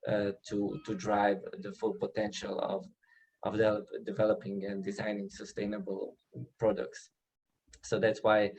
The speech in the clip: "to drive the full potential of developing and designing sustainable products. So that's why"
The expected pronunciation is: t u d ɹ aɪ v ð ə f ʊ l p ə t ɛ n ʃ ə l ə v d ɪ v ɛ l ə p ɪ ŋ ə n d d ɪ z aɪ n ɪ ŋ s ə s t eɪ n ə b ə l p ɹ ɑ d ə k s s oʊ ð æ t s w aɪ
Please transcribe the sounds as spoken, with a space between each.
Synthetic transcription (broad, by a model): t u d ɹ aɪ v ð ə f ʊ l p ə t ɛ n ʃ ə l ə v d ɪ v ɛ l ə p ɪ ŋ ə n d d ɪ z aɪ n ɪ ŋ s ə s t eɪ n ə b ə l p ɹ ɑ d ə k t s oʊ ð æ t s w aɪ